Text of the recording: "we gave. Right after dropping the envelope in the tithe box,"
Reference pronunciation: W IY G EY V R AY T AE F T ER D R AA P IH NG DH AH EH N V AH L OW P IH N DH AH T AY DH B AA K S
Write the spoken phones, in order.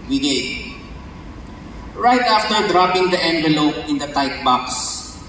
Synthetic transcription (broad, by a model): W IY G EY R AY T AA F T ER D R AA P IH NG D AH EH N V AH L OW P IH N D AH T AY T B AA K S